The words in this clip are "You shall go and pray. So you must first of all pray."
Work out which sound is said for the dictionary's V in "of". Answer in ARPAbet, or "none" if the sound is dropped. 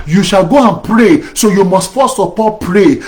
P